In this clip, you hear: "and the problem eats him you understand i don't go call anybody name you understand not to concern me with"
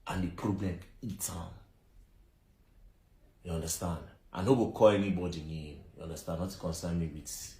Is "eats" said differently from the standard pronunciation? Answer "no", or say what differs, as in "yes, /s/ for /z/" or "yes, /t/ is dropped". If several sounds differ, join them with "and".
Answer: yes, /s/ is dropped